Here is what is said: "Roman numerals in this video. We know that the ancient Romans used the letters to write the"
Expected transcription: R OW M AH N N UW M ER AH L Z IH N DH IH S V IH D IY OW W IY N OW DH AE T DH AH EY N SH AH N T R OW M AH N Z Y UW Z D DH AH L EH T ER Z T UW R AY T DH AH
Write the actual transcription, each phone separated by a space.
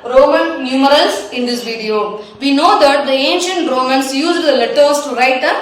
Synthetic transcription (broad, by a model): R OW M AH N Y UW M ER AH L S IH N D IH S V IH D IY OW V IY N OW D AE T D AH EY N SH AH N T R OW M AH N S Y UW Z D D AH L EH T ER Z T UW R AY T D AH